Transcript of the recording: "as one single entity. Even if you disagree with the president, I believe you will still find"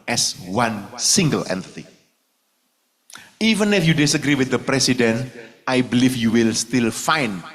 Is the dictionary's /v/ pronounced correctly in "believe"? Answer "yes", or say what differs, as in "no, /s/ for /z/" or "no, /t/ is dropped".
no, /f/ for /v/